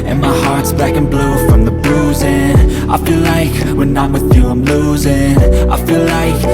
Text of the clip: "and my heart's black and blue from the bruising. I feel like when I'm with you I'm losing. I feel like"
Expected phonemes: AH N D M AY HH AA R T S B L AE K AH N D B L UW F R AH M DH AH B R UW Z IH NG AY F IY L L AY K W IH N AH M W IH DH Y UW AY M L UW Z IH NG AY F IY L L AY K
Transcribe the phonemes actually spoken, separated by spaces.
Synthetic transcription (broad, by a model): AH N M AY HH AA R T S B L AE K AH N B L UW F R AH M DH AH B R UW Z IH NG AY F IY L L AY K W IH N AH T W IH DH Y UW AY M L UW Z IH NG AY F IY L L AY K